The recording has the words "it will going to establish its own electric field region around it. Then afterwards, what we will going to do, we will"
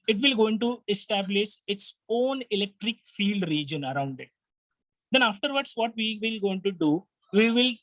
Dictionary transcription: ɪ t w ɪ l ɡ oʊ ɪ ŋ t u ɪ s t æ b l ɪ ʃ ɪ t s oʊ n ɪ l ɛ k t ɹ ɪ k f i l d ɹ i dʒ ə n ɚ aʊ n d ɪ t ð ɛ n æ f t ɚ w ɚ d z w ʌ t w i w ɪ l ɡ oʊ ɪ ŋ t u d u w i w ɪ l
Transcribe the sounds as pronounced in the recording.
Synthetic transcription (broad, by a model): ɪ t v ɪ l ɡ oʊ ɪ ŋ t u ɪ s t æ b l ɪ ʃ ɪ t s oʊ n ɪ l ɛ k t ɹ ɪ k f i l d ɹ i dʒ ə n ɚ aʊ n d ɪ t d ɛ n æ f t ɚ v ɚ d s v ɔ t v i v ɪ l ɡ oʊ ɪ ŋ t u d u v i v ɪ l